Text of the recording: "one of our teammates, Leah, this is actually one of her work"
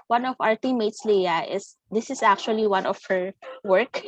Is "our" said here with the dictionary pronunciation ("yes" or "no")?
yes